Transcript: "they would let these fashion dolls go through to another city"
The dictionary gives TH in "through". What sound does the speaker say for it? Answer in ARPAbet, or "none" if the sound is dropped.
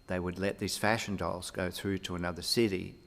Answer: TH